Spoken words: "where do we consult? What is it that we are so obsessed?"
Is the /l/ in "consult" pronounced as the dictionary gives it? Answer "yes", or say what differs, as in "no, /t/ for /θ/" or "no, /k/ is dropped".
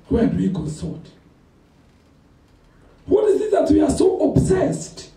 no, /l/ is dropped